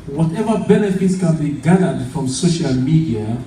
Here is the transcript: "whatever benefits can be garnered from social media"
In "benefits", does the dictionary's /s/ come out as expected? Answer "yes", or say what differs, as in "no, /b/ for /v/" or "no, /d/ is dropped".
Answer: yes